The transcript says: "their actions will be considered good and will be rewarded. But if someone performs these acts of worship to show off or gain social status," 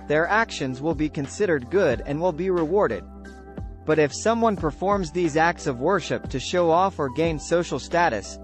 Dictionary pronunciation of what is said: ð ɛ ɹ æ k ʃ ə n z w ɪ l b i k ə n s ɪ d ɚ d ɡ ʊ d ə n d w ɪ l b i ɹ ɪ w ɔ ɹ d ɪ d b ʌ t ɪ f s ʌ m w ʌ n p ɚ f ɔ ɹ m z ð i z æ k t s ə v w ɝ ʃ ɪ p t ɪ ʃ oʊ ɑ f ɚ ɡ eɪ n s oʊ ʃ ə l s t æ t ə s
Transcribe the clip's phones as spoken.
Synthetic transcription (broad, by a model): ð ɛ ɹ æ k ʃ ə n z w ɪ l b i k ə n s ɪ d ɚ d ɡ ʊ d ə n w ɪ l b i ɹ ɪ w ɔ ɹ d ɪ d b ʌ t ɪ f s ʌ m w ʌ n p ɚ f ɔ ɹ m z ð i z æ k t s ə v w ɝ ʃ ɪ p t ɪ ʃ oʊ ɑ f ɚ ɡ eɪ n s oʊ ʃ l s t æ t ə s